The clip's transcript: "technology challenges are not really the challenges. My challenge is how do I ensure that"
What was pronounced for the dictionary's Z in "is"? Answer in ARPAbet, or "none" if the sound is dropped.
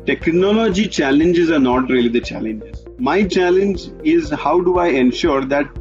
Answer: Z